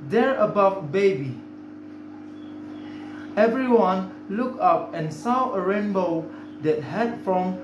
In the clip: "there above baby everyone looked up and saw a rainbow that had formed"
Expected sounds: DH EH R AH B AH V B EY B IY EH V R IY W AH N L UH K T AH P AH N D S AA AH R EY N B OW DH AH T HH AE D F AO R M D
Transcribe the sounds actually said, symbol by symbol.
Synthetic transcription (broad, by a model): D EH R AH B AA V B EY B IY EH V R IY W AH N L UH K AH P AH N S AA AH R EY N B OW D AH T HH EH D F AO M